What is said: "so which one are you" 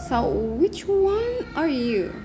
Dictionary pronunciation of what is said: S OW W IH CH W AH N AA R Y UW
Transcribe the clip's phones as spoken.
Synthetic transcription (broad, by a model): S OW W IH CH W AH N AA R Y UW